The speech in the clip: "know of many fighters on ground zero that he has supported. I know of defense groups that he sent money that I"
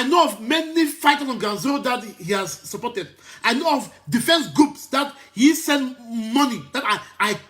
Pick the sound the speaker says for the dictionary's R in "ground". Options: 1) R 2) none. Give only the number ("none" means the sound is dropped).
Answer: 2